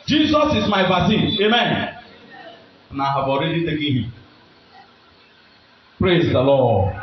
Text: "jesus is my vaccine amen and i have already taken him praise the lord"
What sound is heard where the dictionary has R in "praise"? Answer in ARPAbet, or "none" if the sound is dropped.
R